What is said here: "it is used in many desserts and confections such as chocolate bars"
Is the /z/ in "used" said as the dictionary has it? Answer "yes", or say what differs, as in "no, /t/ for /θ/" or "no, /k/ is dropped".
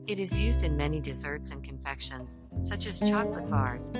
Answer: yes